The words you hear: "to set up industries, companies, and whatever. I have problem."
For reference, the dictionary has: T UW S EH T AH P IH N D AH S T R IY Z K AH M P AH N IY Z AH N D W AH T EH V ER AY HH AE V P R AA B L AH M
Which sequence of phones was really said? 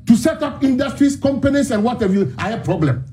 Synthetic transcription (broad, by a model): T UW S EH T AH P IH N D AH S T R IY S K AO M P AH N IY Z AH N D W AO T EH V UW AY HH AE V P R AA B L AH M